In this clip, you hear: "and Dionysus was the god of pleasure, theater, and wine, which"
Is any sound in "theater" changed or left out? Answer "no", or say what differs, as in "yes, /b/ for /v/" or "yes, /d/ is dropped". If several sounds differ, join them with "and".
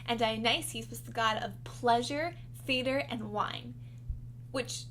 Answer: yes, /f/ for /θ/